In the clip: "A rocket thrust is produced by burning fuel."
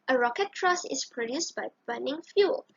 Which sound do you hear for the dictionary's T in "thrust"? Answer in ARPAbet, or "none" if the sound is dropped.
none